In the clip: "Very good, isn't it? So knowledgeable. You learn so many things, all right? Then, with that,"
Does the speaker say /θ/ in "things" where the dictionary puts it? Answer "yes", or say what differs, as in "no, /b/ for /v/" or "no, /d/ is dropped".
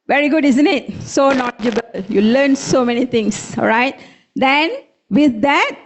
no, /t/ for /θ/